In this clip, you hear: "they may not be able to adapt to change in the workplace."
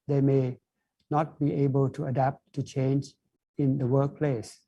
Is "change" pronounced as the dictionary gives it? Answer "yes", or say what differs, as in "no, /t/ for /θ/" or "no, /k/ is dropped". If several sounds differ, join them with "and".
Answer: yes